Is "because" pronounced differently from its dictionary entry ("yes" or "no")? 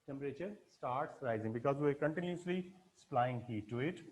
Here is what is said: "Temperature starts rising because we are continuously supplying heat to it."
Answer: no